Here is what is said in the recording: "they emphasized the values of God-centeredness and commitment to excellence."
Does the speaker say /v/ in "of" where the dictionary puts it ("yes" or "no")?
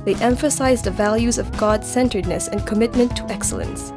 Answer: yes